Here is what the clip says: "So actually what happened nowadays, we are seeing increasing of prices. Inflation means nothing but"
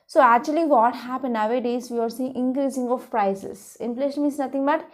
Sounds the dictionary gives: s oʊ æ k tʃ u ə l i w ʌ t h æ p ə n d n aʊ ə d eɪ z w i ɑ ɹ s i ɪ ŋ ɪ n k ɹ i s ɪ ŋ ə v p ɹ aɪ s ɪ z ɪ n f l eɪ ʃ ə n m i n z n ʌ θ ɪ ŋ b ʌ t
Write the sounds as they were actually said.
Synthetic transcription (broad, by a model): s oʊ æ k tʃ u ə l i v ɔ t h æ p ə n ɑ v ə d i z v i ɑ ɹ s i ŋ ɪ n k ɹ i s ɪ ŋ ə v p ɹ aɪ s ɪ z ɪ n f l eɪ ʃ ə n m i z n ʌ t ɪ ŋ b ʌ t